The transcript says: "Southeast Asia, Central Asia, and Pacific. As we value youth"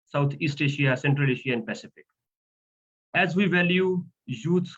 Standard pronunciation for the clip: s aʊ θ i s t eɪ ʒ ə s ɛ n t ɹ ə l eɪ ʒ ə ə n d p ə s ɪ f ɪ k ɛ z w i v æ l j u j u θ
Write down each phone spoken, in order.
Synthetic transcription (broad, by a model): s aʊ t i s t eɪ ʃ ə s ɛ n t ɹ ə l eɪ ʃ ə ə n d p ə s ɪ f ɪ k ɛ z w i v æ l j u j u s